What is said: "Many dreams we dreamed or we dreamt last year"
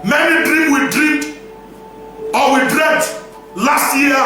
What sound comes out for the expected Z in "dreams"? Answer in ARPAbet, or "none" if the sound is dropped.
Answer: none